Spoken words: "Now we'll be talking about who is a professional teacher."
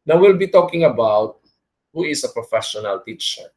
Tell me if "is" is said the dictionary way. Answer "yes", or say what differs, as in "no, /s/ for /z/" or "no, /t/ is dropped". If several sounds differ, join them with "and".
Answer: no, /s/ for /z/